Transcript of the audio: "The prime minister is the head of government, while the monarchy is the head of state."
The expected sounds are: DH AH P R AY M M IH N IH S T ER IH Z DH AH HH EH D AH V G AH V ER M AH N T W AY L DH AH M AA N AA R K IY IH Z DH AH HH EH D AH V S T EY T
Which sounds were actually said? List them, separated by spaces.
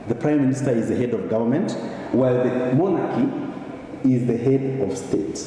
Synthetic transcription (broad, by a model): DH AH P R AY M M IH N IH S T ER IH Z DH AH HH EH D AH V G AH V ER M AH N T W AY L DH AH M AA N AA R K IY IH Z DH AH HH EH D AH V S T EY T